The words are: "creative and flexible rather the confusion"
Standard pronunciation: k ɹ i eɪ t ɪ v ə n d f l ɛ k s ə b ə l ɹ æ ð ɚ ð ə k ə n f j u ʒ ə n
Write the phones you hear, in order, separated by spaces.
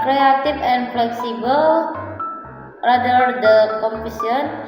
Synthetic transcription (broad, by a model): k ɹ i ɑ t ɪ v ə n f l ɛ k s ə b ə l ɹ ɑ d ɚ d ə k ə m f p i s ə n